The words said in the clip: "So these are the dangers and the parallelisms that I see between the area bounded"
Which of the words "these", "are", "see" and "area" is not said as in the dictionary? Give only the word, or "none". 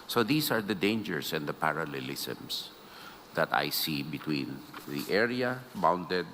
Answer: these